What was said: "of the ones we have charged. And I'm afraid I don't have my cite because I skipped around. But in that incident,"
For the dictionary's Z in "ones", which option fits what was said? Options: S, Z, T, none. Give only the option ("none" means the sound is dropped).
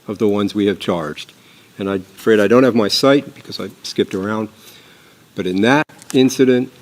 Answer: Z